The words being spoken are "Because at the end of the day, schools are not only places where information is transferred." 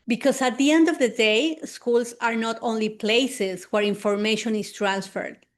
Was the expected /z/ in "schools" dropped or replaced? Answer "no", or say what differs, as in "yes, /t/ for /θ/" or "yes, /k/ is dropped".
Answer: yes, /s/ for /z/